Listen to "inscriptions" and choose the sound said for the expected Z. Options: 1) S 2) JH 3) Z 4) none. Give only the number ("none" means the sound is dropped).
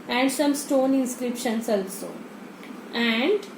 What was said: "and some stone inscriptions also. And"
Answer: 1